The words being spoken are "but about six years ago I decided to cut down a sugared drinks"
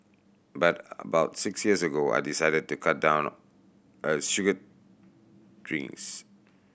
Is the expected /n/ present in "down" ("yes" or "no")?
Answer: yes